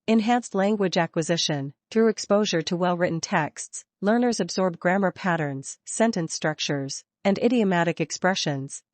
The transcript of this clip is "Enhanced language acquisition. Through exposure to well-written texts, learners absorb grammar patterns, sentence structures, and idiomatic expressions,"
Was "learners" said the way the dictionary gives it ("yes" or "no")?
yes